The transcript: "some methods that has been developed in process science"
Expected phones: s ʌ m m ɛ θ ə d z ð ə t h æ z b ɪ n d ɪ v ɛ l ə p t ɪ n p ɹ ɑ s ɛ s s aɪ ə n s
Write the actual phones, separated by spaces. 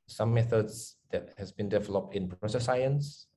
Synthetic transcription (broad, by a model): s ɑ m m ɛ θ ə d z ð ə t h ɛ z b ɪ n d ɪ v ɛ l ə p t ɪ n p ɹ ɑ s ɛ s s aɪ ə n s